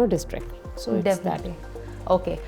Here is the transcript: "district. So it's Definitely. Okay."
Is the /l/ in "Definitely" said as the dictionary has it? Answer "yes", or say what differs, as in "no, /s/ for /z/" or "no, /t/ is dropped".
no, /l/ is dropped